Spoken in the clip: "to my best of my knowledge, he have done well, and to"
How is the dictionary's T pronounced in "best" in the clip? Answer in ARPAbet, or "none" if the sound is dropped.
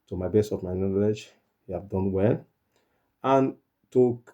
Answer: none